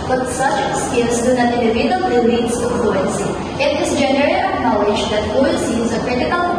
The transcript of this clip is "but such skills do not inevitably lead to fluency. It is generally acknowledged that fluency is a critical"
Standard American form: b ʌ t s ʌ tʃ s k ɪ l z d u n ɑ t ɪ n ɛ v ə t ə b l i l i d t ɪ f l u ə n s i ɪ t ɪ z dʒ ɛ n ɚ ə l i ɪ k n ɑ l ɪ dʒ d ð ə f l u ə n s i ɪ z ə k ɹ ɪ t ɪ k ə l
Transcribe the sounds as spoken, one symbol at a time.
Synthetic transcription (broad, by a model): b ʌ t s ʌ tʃ s k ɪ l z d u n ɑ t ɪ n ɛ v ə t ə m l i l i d s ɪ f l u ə n s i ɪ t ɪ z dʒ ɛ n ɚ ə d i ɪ n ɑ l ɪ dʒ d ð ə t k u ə l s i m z ə k ɹ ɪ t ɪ k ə l